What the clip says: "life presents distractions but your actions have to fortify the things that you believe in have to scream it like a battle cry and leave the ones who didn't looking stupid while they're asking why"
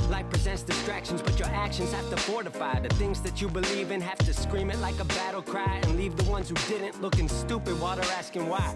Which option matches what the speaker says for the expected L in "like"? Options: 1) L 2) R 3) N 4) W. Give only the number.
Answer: 1